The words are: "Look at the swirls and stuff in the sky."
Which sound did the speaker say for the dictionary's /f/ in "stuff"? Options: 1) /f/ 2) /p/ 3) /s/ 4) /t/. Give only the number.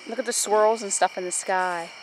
1